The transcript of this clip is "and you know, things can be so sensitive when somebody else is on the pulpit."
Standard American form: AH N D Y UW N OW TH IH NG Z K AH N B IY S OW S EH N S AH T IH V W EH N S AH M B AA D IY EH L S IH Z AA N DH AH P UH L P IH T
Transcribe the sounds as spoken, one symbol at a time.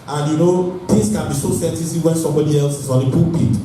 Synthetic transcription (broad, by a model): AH N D Y UW N OW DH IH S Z K AH N B IY S OW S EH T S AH S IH W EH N S AH M B AA D IY EH L S IH Z AA N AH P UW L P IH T